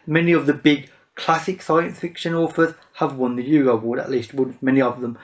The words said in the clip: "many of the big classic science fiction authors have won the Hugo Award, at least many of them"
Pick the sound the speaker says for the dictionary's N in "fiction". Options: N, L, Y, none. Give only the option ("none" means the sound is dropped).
N